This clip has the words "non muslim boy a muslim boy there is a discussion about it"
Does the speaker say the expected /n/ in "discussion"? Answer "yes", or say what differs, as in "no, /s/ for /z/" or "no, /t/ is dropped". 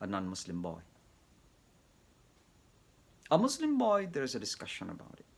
yes